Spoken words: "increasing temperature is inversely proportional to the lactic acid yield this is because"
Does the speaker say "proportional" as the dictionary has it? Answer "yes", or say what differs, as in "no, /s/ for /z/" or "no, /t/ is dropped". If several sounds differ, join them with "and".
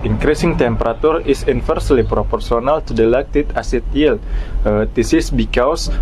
no, /s/ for /ʃ/